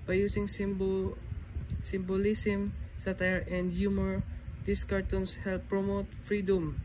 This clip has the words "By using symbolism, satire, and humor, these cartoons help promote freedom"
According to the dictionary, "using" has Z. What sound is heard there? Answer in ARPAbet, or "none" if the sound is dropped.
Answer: S